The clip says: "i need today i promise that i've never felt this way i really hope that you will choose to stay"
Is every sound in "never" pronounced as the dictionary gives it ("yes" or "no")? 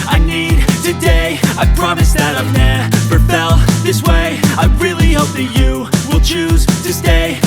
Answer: no